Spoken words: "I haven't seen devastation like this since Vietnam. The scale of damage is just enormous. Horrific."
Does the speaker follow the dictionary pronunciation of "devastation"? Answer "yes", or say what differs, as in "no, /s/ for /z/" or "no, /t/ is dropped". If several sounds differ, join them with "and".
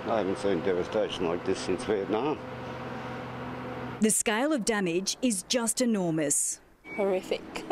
yes